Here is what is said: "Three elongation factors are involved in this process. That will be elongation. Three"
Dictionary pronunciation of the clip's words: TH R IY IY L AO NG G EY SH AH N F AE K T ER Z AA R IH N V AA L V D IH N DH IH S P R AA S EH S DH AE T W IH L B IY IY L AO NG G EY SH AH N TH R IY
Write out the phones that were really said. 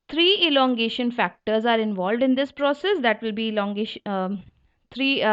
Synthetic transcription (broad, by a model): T R IY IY L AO NG G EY SH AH N F AE K T ER Z AA R IH N V AA L V D IH N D IH S P R AA S EH S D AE T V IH L B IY IY L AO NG G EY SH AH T R IY